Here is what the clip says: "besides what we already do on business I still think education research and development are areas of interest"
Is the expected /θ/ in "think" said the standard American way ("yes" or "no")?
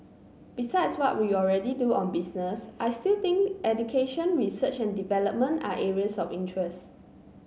no